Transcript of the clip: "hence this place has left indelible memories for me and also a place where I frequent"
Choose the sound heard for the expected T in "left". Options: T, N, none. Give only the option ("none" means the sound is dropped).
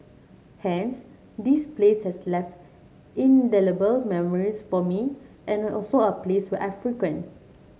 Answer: T